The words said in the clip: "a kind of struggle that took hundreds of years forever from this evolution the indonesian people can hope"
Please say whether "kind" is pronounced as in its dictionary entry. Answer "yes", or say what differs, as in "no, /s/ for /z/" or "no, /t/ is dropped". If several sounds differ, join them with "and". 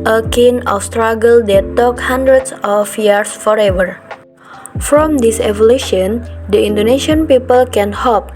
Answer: no, /d/ is dropped